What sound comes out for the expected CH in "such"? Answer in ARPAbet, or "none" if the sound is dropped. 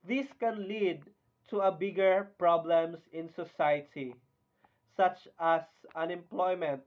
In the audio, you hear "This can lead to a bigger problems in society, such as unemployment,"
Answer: CH